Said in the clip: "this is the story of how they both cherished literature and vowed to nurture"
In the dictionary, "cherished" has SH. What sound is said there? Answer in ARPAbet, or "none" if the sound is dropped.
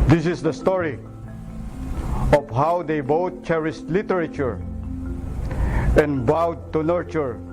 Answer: S